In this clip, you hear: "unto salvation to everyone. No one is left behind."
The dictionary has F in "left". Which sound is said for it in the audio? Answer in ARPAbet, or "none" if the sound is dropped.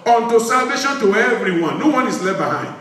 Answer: none